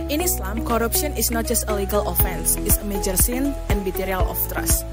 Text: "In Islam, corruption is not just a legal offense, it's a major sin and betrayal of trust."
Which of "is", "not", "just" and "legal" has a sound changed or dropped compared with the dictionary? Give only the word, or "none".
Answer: is